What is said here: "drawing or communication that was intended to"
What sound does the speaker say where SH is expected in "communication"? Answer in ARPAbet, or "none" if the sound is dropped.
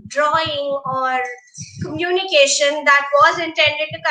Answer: SH